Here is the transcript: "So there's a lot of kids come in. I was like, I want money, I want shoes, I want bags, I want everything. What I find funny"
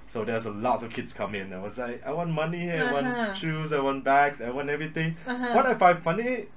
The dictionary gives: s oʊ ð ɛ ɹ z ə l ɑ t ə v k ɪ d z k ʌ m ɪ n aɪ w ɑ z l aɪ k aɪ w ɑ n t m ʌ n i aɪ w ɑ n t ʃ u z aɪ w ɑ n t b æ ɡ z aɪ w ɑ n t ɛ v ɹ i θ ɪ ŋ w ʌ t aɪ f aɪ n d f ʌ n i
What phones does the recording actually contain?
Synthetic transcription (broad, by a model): s oʊ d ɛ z ə l ɑ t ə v k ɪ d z k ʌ m ɪ n aɪ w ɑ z l aɪ k aɪ w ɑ n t m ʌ n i aɪ w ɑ n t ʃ u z aɪ w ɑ n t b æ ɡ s aɪ w ɑ n t ɛ v ɹ i t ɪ ŋ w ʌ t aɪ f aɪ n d f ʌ n i